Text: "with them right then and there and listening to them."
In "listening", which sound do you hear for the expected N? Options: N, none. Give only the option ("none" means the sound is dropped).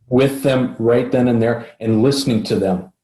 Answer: N